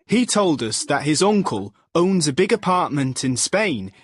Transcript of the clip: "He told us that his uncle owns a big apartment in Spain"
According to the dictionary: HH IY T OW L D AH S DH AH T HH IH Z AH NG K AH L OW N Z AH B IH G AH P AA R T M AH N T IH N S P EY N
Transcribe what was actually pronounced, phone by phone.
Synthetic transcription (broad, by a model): HH IY T OW L D AH S DH AH T HH IH Z AH NG K AH L OW N Z AH B IH G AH P AA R T M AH N T IH N S P EY N